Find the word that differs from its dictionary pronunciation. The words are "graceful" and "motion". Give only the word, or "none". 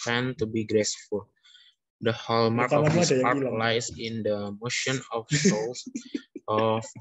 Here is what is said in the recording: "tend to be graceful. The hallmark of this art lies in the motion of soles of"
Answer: none